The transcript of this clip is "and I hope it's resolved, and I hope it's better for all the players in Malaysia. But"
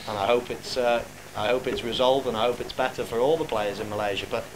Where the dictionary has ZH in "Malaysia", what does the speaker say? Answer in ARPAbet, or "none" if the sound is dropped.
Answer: ZH